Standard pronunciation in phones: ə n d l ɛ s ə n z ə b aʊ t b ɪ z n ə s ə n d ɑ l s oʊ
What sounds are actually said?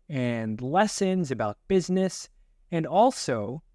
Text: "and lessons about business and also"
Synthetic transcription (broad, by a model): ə n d l ɛ s ə n z ə b aʊ t b ɪ z n ə s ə n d ɑ l s oʊ